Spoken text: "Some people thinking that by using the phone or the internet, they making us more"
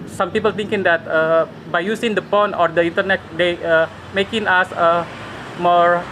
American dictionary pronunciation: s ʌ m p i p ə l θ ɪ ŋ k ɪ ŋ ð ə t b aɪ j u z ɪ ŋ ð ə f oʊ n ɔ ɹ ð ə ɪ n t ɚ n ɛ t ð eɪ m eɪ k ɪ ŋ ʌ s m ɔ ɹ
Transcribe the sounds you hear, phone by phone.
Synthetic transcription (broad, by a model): s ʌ m p i p ə l t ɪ ŋ k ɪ ŋ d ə t b aɪ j u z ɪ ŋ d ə p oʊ n ɔ ɹ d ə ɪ n t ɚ n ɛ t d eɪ m eɪ k ɪ ŋ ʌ s m ɔ ɹ